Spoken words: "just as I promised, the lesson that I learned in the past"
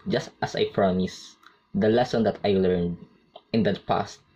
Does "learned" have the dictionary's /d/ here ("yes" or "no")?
yes